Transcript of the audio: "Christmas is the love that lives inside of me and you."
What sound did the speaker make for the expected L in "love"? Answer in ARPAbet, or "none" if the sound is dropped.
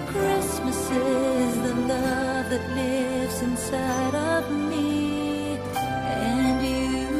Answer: N